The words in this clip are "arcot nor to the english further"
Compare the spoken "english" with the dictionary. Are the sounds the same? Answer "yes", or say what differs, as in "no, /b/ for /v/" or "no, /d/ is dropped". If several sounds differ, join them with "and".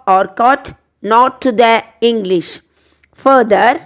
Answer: yes